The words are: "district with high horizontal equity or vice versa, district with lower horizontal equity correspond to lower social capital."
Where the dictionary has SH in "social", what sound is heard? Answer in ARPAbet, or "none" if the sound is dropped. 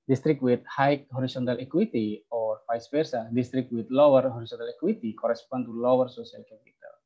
S